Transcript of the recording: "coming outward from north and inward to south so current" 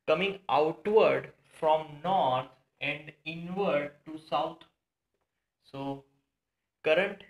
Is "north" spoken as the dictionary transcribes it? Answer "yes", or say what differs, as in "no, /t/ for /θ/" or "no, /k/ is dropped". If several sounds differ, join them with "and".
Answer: no, /t/ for /θ/